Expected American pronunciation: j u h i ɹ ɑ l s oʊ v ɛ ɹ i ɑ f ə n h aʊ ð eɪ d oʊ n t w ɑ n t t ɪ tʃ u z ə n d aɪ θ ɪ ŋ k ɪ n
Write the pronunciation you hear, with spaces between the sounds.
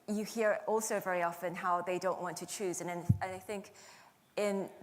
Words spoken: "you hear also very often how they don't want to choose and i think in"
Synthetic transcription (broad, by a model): j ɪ h i ɹ ɑ l s oʊ v ɛ ɹ i ɑ f ə n h aʊ ð eɪ d oʊ n t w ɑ n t t ɪ tʃ u z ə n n aɪ θ ɪ ŋ k ɪ n